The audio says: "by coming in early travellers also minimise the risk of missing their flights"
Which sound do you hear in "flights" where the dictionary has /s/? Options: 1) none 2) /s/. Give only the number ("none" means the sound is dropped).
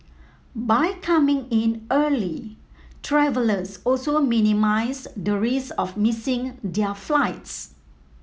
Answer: 2